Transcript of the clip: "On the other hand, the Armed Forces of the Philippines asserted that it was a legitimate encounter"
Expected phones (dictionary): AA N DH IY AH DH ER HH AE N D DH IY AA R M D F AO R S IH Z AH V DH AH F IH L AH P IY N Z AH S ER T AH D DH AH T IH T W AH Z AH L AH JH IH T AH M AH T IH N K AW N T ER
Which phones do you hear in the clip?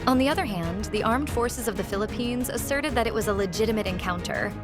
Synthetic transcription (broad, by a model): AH N DH IY AH DH ER HH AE N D DH IY AA R M D F AO R S IH Z AH V DH AH F IH L AH P IY N Z AH S ER T AH D DH AH T IH T W AH Z AH L AH JH IH T AH M AH T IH N K AW N T ER